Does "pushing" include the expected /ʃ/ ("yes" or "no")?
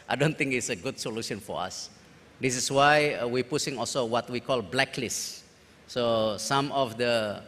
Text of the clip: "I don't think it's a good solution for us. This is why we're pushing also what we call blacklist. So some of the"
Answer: no